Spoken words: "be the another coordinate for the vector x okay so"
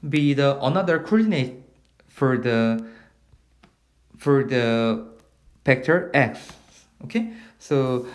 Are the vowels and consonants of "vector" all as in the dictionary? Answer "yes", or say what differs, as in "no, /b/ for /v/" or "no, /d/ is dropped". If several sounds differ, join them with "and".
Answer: no, /p/ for /v/